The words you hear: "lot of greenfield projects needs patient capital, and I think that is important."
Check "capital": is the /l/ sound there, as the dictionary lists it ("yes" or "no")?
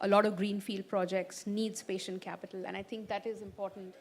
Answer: yes